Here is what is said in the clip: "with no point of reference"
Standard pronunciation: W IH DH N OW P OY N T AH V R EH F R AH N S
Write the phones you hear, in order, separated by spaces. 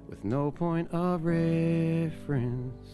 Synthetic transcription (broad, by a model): W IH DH N OW P OY N T AH V R EH F R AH N S